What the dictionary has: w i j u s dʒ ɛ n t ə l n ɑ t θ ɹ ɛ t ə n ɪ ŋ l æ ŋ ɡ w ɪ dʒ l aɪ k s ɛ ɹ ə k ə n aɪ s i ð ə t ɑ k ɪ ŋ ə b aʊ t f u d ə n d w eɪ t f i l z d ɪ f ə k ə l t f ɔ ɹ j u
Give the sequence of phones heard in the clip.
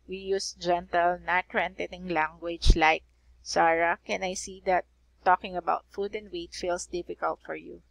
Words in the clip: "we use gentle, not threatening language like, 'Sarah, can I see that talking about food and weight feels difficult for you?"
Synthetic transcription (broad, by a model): w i j u s dʒ ɛ n t ə l n ɑ t ɹ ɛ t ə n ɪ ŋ l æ ŋ ɡ w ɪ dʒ l aɪ k s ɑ ɹ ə k ə n aɪ s i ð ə t ɑ k ɪ ŋ ə b aʊ t f u d ə n d w eɪ t f i l s d ɪ f ə k ə l t f ɔ ɹ j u